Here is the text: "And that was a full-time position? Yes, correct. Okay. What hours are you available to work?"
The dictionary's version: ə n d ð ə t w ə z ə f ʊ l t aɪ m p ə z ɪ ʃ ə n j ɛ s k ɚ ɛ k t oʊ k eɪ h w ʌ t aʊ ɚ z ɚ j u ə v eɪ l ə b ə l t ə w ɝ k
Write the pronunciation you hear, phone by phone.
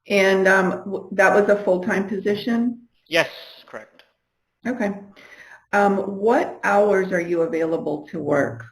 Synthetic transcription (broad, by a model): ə n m ð ə t w ə z ə f ʊ l t aɪ m p ə z ɪ ʃ ə n j ɛ s k ɚ ɛ k t oʊ k eɪ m w ʌ t aʊ ɚ z ɚ j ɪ ə v eɪ l ə b ə l t ə w ɝ k